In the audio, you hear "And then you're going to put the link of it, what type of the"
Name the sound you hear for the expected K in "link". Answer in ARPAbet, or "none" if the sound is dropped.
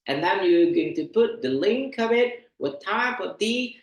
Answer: K